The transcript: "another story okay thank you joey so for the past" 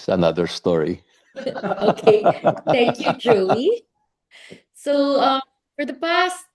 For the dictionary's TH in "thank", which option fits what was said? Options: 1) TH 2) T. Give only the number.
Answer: 1